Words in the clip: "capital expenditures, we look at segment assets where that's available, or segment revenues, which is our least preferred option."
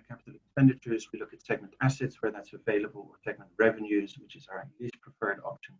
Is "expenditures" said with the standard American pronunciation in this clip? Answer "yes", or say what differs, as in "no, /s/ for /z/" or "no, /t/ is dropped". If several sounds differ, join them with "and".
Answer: yes